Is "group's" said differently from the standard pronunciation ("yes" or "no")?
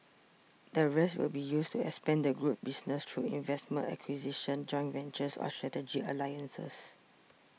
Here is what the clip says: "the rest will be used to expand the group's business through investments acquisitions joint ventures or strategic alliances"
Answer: yes